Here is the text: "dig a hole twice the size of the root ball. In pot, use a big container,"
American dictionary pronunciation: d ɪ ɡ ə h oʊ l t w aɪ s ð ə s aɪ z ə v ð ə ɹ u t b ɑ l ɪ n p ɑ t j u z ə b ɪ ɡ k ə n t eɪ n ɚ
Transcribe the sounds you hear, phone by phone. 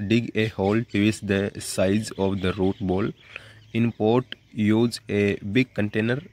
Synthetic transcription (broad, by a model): d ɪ ɡ ə h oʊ l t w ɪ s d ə s aɪ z ə v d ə ɹ u t b ɑ l ɪ n p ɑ t j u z ə b ɪ ɡ k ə n t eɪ n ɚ